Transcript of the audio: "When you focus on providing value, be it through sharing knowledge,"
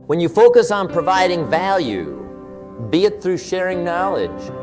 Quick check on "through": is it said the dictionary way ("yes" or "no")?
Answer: yes